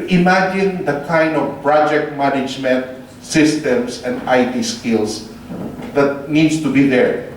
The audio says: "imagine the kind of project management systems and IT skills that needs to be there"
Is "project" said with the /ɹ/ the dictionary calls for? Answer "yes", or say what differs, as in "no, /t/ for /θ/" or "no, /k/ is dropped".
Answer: yes